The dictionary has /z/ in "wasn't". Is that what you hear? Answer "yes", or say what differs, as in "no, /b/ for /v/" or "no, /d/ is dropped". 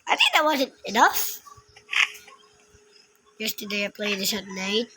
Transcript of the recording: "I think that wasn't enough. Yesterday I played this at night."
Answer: yes